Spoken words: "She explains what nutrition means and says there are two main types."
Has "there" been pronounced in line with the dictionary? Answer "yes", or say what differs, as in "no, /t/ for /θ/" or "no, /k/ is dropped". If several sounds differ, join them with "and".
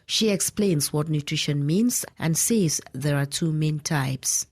yes